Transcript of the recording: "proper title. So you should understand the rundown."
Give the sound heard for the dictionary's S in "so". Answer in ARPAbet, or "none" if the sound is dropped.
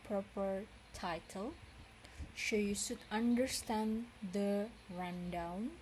SH